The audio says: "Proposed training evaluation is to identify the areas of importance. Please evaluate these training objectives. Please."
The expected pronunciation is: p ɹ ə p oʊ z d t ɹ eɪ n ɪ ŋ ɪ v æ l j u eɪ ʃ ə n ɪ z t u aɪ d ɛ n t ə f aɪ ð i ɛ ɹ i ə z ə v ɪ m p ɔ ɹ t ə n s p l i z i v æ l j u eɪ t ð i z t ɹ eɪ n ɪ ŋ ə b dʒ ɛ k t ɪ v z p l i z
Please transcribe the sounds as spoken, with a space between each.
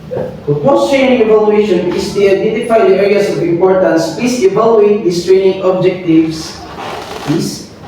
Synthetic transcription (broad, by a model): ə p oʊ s t ɹ eɪ n ɪ ŋ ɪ v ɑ l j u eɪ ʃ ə n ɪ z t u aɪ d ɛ n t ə f aɪ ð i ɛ ɹ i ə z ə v ɪ m p ɔ ɹ t ə n s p i s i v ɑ l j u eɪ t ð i s t ɹ eɪ n ɪ ŋ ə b dʒ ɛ k t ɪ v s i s